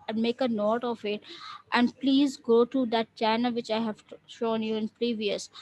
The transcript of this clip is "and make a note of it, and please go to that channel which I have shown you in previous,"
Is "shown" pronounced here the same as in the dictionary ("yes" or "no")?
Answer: yes